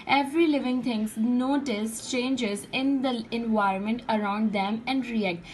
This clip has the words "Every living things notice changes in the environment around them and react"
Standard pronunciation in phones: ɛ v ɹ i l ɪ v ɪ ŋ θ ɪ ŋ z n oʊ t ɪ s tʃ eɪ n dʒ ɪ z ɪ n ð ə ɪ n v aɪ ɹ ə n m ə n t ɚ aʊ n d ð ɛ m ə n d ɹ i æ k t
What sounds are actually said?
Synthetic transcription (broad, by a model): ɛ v ɹ i l ɪ v ɪ ŋ t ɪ ŋ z n oʊ t ɪ s tʃ eɪ n dʒ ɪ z ɪ n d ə ɪ n v aɪ ɹ ə n m ə n t ɚ aʊ n d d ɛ m ə n d ɹ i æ k t